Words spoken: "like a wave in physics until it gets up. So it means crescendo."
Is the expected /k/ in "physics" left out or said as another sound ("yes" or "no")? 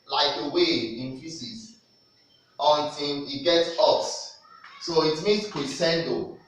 yes